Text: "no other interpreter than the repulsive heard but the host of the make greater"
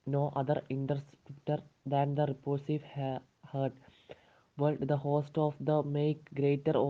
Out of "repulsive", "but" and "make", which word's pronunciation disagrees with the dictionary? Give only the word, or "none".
repulsive